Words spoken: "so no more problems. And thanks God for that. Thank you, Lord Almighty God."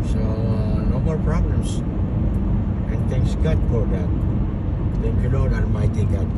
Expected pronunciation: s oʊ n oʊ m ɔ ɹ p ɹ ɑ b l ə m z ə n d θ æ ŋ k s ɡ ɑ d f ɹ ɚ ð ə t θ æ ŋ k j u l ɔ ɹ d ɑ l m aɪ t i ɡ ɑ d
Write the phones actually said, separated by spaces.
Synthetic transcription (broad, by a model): s oʊ n oʊ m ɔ l p ɹ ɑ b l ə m s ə n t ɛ ŋ k s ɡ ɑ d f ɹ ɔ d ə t t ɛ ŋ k j u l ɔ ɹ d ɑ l m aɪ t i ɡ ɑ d